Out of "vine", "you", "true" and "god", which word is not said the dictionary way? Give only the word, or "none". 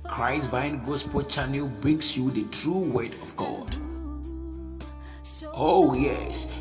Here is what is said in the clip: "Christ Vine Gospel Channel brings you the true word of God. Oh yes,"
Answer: none